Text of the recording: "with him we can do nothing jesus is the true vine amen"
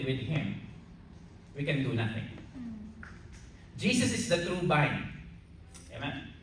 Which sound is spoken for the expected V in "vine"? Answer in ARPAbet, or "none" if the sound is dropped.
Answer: B